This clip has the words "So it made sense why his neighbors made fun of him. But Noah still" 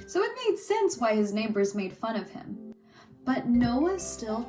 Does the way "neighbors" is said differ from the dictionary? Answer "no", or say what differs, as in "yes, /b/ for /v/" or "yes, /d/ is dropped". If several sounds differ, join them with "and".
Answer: no